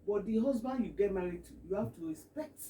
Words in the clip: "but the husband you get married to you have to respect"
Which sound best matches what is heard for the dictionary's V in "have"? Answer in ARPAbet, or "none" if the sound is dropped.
F